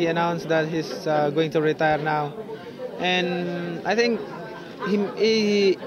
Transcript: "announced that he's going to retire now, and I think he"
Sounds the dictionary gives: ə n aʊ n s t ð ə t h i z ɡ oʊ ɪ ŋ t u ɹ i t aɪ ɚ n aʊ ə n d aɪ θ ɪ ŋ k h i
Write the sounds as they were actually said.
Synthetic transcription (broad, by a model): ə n aʊ n s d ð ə t h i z ɡ oʊ ɪ ŋ t u ɹ i t aɪ ɚ n aʊ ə n aɪ t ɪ ŋ k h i